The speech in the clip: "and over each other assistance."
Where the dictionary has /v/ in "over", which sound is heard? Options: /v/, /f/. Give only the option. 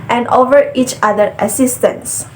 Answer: /v/